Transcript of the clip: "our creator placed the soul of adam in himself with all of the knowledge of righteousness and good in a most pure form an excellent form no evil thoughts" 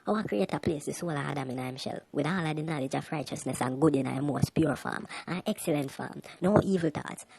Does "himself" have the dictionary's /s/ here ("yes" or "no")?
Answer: no